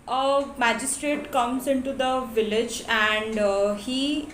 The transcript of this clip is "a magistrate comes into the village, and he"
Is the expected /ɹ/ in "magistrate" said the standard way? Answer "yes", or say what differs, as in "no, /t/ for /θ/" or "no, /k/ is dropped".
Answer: yes